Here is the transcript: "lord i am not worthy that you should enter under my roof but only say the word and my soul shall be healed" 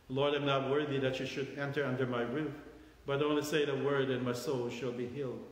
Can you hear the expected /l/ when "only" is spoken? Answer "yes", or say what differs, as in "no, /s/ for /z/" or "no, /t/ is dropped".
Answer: no, /l/ is dropped